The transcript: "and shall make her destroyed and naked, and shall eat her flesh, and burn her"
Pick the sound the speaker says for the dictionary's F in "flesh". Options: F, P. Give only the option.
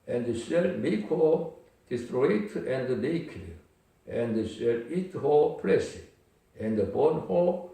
P